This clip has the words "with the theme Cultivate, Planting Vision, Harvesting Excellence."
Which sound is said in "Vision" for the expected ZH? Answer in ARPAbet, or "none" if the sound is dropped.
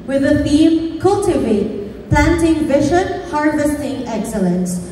SH